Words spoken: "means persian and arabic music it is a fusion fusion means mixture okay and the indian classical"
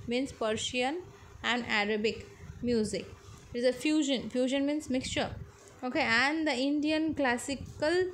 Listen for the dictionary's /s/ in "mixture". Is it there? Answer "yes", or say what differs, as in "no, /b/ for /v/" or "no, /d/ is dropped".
yes